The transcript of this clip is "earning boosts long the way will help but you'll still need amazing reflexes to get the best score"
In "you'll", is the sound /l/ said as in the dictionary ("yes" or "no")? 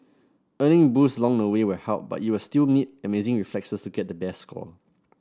no